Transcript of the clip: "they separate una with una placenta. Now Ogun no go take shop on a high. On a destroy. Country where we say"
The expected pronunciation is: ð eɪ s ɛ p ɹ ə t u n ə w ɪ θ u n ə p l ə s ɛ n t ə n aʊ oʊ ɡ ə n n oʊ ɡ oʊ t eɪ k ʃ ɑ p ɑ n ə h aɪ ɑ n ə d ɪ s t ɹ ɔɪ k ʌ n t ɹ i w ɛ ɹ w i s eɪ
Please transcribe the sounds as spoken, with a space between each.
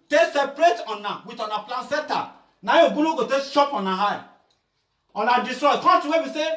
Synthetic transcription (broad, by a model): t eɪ s ɛ p ɹ ə t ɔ n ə w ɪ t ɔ n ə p l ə s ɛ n t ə n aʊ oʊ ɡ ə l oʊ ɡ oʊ t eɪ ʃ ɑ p ɑ n ə h aɪ ɑ n ə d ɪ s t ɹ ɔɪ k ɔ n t i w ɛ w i s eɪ